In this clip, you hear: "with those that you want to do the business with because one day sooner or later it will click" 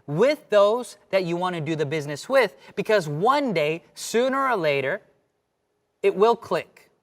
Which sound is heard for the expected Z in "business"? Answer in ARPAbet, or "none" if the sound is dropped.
Z